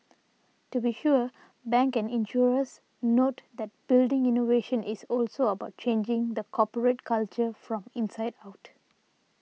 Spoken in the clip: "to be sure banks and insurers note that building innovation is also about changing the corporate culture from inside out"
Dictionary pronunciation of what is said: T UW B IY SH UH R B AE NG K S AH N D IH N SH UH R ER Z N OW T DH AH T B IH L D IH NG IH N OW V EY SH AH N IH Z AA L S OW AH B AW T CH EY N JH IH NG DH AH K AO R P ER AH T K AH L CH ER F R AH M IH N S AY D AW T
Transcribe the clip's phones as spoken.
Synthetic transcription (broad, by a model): T UW B IY SH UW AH B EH NG K AH N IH N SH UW R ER S N OW T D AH T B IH L D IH NG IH N OW V EY SH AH N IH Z AA L S OW AH B AW T CH EY N JH IH NG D AH K AO P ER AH T K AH L CH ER F R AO M IH N S AY D AW T